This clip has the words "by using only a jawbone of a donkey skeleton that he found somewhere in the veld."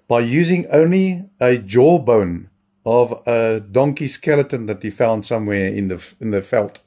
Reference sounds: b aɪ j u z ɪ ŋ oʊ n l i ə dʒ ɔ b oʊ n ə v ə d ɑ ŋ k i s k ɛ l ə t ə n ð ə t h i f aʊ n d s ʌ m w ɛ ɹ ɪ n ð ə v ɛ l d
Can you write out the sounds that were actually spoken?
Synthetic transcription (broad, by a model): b aɪ j u z ɪ ŋ oʊ n l i ə dʒ ɔ b oʊ n ə v ə d ɑ ŋ k i s k ɛ l ə t ə n ð ə t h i f aʊ n d s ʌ m w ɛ ɹ ɪ n ð ə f ɛ l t